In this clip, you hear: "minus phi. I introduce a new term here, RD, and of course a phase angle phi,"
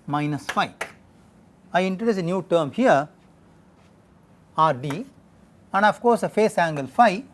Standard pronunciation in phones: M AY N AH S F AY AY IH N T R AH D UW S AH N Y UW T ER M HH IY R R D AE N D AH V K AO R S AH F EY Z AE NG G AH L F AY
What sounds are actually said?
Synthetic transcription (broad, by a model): M AY N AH S F AY AY IH N T R AH D UW S AH N Y UW T ER M HH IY R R D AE N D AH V K AO R S AH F EY S AE NG G AH L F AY